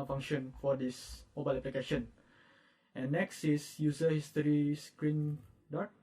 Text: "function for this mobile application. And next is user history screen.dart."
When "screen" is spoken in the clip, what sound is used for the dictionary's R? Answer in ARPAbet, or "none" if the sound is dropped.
R